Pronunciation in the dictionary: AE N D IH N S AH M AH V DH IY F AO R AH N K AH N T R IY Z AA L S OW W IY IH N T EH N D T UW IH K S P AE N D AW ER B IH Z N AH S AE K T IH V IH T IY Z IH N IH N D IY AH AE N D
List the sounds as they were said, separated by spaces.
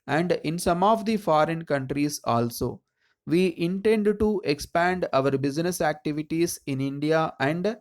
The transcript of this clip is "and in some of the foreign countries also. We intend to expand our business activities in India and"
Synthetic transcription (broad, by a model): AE N D IH N S AH M AH V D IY F AO R AH N K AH N T R IY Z AA L S OW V IY IH N T EH N D T UW IH K S P AE N D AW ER B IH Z N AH S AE K T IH V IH T IY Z IH N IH N D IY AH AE N D